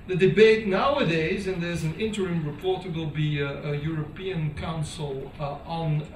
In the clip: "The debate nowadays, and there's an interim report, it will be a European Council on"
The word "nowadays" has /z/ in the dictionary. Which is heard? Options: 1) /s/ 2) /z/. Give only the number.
2